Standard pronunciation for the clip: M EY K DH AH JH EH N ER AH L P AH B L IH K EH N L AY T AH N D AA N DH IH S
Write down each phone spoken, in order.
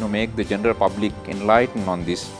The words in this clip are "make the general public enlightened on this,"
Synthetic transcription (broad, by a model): M EY K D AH JH EH N ER AH L P AH B L IH K EH N L AY T AH N D AA N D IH S